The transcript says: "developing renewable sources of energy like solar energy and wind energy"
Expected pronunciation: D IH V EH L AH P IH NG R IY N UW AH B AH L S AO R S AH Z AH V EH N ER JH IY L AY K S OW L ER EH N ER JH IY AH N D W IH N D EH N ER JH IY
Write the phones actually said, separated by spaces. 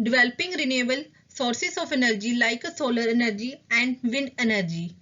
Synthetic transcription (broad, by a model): D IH V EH L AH P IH NG R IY N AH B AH L S AO R S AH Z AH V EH N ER JH IY L AY K S OW L ER EH N ER JH IY AH N D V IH N EH N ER JH IY